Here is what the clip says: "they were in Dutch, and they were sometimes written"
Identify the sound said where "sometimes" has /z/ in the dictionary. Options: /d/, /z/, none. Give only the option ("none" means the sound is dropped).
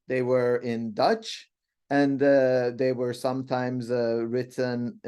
/z/